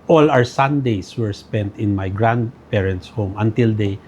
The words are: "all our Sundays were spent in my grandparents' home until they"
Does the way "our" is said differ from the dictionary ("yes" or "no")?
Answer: yes